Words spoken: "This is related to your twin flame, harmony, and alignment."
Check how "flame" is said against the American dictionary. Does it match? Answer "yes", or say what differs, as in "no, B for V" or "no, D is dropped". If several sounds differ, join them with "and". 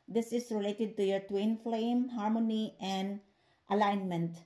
yes